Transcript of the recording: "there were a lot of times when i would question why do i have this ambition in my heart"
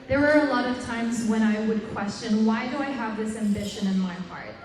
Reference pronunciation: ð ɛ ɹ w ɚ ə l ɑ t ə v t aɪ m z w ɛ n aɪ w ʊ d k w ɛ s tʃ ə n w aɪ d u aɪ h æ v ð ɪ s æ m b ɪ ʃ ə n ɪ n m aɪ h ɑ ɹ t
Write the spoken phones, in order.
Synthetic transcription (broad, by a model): ð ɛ ɹ w ɚ ə l ɑ t ə v t aɪ m z w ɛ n aɪ w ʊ d k w ɛ s tʃ ə n w aɪ d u aɪ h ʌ v ð ɪ s æ m b ɪ ʃ ə n ɪ n m aɪ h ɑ ɹ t